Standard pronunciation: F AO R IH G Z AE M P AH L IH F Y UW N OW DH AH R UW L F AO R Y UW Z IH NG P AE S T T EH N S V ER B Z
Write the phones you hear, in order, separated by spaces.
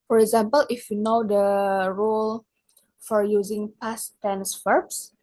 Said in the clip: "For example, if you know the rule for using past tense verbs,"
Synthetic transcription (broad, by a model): F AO R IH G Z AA M P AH L IH F Y UW N OW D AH R UW L F AO R Y UW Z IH NG P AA S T T EH N S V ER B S